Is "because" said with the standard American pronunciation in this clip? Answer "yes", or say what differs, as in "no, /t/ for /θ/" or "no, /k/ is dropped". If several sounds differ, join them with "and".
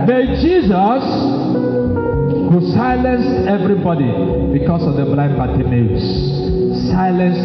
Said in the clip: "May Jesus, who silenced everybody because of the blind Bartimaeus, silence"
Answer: no, /s/ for /z/